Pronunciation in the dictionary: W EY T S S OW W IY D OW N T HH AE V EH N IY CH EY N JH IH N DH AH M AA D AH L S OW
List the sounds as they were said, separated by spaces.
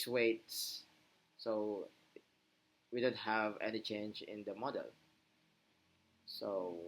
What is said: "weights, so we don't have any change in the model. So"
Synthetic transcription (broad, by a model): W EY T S S OW W IY D OW N T HH AE V EH N IY CH EY N JH IH N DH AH M AA D AH L S OW